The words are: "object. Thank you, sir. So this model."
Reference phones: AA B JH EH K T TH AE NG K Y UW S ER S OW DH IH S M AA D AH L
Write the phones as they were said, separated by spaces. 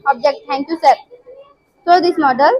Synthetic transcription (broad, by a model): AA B JH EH K T T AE NG K Y UW S ER S OW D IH S M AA D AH L